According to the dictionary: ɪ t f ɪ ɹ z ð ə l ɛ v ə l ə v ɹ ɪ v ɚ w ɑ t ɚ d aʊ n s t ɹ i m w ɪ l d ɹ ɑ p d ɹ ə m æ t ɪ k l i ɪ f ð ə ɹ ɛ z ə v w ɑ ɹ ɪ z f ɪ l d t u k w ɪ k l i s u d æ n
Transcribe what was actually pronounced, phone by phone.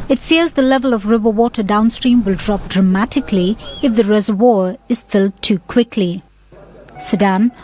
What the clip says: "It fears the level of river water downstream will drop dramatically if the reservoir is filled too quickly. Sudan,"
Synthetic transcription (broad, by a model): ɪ t f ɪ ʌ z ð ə l ɛ v ə l ə v ɹ ɪ v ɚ w ɑ t ɚ d aʊ n s t ɹ i m w ɪ l d ɹ ɑ p d ɹ ə m æ t ɪ k l i ɪ f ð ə ɹ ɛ z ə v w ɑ ɹ ɪ z f ɪ l d t u k w ɪ k l i s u d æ n